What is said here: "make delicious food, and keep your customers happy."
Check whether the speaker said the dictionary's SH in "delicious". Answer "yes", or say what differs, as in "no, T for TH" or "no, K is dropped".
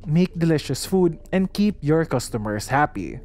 yes